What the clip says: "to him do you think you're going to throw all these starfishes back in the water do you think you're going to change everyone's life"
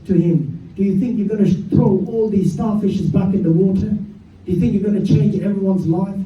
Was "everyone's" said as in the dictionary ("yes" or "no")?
yes